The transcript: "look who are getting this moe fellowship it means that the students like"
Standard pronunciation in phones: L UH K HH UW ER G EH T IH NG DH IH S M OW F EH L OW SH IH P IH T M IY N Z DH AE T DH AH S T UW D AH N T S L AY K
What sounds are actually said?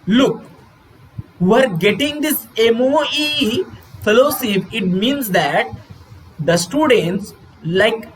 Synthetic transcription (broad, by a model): L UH K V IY ER G EH T IH NG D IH S M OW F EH L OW S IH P IH T M IY N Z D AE T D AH S T UW D AH N T S L AY K